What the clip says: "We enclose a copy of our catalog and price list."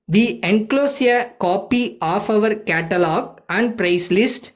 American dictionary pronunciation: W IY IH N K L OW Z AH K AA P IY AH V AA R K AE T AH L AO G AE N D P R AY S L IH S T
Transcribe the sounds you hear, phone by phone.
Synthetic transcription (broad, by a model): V IY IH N K L OW S AH K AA P IY AH V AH R K AE T AH L AO G AE N D P R AY S L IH S T